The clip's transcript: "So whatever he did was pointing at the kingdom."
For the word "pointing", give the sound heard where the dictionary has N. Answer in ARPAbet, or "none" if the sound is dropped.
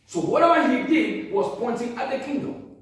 N